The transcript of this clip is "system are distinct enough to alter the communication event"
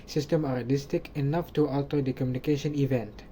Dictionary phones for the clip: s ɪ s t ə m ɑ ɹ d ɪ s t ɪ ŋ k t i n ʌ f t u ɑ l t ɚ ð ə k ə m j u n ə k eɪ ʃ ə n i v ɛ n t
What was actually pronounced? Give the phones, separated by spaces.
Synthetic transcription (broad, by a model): s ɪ s t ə m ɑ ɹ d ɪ s t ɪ k i n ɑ f t u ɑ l t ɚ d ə k ə m j u n ə k eɪ ʃ ə n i v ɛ n t